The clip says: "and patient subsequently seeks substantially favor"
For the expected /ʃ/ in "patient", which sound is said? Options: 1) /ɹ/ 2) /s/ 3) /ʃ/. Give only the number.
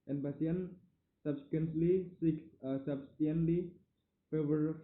2